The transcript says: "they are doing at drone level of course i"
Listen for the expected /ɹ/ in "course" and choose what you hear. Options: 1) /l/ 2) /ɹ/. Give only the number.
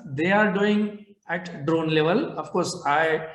2